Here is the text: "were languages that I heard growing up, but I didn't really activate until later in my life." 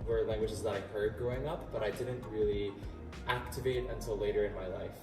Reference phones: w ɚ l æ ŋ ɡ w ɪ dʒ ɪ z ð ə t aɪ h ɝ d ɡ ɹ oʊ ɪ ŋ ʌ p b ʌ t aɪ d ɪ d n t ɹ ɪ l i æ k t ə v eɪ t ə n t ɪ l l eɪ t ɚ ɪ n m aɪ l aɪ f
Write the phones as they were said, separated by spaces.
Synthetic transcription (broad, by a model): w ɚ l æ ŋ ɡ w ɪ dʒ ɪ z ð ə t aɪ h ɝ d ɡ ɹ oʊ ɪ ŋ ʌ p b ʌ t aɪ d ɪ d n t ɹ ɪ l i æ k t ə v eɪ t ə n t ɪ l l eɪ t ɚ ɪ n m aɪ l aɪ f